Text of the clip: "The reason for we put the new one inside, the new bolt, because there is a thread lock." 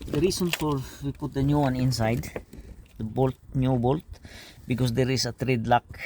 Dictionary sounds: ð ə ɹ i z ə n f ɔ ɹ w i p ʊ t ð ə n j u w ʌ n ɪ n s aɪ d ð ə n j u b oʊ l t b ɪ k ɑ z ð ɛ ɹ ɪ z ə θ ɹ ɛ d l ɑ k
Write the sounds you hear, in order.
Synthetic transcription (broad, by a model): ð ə ɹ i s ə n f ɔ ɹ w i p ʊ t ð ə n j u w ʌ n ɪ n s aɪ d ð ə n j u b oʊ l t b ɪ k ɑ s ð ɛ ɹ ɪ s ə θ ɹ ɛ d l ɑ k